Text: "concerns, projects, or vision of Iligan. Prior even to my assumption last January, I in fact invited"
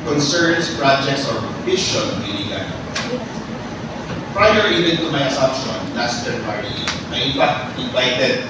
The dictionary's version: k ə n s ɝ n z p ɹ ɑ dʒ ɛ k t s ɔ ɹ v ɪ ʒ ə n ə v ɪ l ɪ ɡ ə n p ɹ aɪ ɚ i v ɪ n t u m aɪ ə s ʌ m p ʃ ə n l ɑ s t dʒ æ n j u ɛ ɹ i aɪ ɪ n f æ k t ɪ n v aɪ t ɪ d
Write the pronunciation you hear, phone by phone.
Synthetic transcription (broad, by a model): k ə n s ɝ n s p ɹ ɑ dʒ ɛ k t s ɔ ɹ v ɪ ʃ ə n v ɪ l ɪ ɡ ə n p ɹ aɪ ɚ i v ɪ n t u m aɪ ə s ʌ m p ʃ ə n l ɑ s t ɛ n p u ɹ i aɪ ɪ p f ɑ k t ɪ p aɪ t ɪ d